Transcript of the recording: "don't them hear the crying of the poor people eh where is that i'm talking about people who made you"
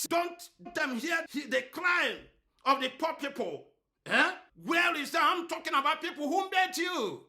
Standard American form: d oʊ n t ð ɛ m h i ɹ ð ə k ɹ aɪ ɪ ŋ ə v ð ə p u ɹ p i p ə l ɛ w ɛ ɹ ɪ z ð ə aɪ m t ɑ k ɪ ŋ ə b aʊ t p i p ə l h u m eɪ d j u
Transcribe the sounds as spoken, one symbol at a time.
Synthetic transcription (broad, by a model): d oʊ n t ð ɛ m h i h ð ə k l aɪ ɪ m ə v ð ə p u p i p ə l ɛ w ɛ l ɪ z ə aɪ m t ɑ k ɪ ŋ ə b aʊ t p i p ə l h u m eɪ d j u